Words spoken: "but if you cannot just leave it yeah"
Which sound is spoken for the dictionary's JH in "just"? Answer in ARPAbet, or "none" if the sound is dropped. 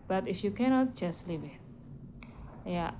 CH